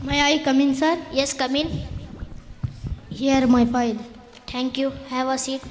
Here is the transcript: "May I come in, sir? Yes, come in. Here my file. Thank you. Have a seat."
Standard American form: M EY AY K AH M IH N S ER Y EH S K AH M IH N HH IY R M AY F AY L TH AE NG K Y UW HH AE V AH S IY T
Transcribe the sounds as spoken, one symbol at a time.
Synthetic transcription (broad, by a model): M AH AY K AH M IH N S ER Y EH S K AH M IH N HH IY R M AY P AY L T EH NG K Y UW HH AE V AH S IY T